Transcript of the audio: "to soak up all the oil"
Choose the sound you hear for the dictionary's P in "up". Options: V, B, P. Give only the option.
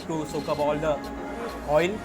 B